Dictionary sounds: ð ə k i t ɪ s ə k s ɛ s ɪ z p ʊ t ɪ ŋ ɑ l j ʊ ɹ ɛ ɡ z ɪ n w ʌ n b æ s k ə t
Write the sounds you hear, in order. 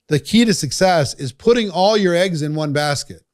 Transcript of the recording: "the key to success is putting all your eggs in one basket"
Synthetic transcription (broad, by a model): ð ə k i t ɪ s ə k s ɛ s ɪ z p ʊ t ɪ ŋ ɑ l j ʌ ɹ ɛ ɡ z ɪ n w ʌ n b æ s k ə t